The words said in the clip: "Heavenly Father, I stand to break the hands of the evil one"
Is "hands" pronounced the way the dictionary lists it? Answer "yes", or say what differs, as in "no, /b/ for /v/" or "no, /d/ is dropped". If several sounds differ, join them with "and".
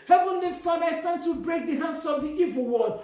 no, /s/ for /z/